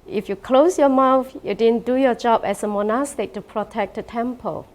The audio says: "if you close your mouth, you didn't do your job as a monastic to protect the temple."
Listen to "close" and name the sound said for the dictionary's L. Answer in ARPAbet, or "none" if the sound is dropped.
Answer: L